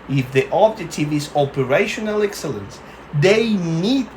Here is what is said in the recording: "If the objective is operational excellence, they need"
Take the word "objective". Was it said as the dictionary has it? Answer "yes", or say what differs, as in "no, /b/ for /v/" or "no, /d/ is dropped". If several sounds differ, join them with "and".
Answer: no, /k/ is dropped